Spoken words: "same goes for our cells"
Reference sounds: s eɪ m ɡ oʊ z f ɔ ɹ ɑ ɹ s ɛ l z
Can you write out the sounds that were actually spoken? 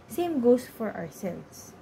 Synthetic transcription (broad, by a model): s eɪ m ɡ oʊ s f ɔ ɹ ɑ ɹ s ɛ l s